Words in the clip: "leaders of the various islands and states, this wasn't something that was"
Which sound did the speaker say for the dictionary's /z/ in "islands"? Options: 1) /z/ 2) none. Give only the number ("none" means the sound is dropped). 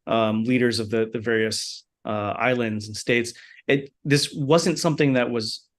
1